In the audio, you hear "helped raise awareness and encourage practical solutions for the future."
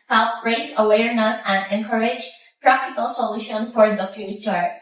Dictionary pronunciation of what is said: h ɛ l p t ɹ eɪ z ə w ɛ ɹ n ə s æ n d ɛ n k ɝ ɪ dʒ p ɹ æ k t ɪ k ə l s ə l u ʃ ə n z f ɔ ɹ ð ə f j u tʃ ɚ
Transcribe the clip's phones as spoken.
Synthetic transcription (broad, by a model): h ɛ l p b ɹ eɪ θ ə w ɛ ɹ n ə s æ n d ɛ n k ɝ ɪ dʒ p ɹ æ k t ɪ k ə l s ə l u ʃ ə n f ɔ ɹ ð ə f j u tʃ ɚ